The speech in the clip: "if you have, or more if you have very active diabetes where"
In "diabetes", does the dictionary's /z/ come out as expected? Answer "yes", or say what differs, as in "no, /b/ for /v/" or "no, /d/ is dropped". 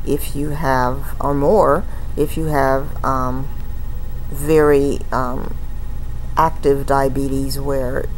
yes